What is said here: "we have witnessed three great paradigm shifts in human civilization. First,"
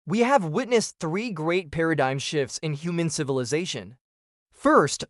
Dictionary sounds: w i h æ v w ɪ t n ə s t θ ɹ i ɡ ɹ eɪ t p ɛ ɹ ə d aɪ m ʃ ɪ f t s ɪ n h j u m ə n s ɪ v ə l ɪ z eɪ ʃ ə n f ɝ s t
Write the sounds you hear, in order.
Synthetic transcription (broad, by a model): w i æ v w ɪ t n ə s θ ɹ i ɡ ɹ eɪ t p ɛ ɹ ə d aɪ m ʃ ɪ f t s ɪ n h j u m ə n s ɪ v ə l ɪ z eɪ ʃ ə n f ɝ s t